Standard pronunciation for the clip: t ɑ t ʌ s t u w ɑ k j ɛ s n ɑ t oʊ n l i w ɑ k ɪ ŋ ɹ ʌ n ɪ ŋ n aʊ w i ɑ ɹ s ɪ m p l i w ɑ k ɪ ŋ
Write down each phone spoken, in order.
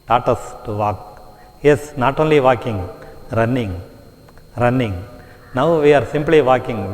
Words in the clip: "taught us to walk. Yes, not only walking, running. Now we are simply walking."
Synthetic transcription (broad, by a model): t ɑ t ʌ s t u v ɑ k j ɛ s n ɑ t oʊ n l i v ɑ k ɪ ŋ ɹ ʌ n ɪ ŋ n aʊ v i ɑ ɹ s ɪ m p l i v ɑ k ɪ ŋ